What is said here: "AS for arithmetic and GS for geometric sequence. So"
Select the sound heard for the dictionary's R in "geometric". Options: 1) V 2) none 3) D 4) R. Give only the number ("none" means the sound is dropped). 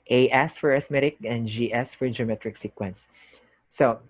4